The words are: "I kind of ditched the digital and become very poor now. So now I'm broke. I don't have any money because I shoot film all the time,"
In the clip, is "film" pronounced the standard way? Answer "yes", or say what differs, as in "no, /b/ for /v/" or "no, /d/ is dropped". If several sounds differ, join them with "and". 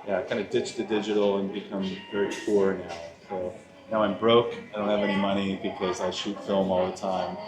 yes